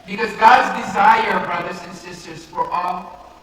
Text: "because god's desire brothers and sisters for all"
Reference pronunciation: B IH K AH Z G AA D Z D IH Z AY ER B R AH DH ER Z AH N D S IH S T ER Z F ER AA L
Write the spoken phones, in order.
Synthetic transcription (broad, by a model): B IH K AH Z G AA D Z D IH Z AY ER B R AH DH ER Z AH N S IH S T ER Z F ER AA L